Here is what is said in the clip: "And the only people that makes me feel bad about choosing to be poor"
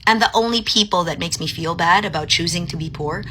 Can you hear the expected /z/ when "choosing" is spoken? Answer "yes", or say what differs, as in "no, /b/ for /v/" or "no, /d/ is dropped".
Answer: yes